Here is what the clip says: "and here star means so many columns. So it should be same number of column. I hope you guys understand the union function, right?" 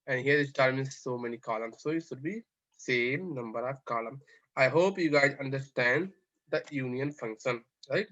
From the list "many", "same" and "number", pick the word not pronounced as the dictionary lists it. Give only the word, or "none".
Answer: none